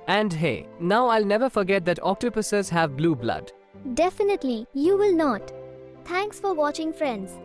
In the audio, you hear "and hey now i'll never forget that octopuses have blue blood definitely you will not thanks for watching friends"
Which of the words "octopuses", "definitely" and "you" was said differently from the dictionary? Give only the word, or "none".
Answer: none